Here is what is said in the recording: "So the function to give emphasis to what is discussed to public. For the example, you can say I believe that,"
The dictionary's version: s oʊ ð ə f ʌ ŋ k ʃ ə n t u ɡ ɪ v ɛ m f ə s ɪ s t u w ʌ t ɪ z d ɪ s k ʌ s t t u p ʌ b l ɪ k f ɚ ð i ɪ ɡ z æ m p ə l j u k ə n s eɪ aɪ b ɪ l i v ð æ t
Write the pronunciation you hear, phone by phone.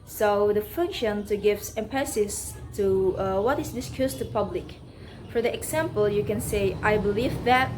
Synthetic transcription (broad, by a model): s oʊ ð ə f ʌ ŋ k ʃ ə n t u ɡ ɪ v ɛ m p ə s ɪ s t u w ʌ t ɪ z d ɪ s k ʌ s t t u p ʌ b l ɪ k f ɚ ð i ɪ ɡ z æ m p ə l j u k ə n s eɪ aɪ b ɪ l i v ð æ t